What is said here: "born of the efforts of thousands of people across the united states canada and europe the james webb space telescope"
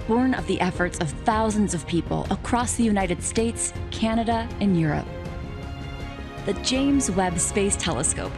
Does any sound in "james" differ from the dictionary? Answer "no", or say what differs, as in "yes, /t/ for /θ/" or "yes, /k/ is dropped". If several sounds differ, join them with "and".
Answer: no